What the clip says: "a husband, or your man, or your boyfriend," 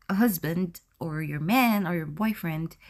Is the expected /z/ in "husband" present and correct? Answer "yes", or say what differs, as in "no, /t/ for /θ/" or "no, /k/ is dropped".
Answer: yes